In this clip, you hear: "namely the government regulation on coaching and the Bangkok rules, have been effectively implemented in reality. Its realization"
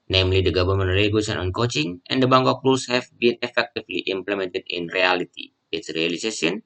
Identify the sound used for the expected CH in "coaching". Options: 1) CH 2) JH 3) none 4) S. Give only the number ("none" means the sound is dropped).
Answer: 1